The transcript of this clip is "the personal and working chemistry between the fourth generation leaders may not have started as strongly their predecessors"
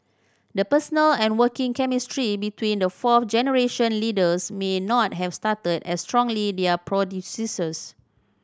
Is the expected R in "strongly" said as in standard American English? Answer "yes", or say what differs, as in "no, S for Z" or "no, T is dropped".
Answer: yes